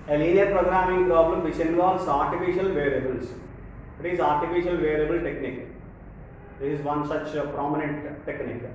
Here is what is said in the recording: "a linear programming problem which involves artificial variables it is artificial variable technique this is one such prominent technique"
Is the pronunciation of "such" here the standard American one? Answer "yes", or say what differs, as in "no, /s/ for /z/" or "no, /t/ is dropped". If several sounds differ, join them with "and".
yes